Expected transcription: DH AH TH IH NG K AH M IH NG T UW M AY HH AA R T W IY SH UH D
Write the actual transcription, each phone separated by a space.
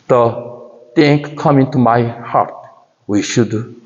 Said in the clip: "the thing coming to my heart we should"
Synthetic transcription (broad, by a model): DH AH T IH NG K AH M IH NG T UW M AY HH AA R T W IY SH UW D